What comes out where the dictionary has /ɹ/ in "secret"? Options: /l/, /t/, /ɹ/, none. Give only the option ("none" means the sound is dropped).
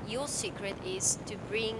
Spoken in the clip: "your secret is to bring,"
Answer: /ɹ/